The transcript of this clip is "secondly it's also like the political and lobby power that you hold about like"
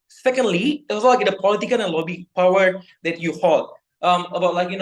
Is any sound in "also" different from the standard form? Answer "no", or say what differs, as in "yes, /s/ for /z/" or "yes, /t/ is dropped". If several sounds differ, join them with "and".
yes, /l/ is dropped